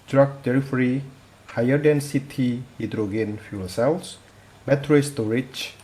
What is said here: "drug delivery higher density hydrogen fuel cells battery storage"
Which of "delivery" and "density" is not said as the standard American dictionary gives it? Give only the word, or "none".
delivery